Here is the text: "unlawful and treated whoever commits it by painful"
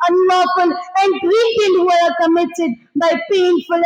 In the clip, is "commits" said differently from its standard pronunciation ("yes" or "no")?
yes